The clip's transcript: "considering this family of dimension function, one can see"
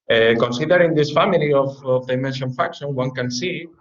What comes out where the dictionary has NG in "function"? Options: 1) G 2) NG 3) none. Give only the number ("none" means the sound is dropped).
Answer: 3